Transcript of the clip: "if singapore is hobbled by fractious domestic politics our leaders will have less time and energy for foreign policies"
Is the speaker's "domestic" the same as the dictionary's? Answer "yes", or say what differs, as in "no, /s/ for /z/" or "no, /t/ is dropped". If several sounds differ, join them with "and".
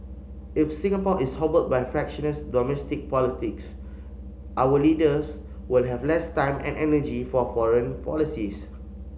yes